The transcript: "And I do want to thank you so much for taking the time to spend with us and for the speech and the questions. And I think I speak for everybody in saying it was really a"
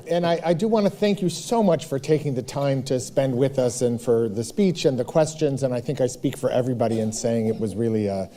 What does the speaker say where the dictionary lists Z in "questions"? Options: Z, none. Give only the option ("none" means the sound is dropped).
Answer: Z